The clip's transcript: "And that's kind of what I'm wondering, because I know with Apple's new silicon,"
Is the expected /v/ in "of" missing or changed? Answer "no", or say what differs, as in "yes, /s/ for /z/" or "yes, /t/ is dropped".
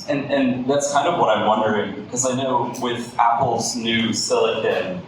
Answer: no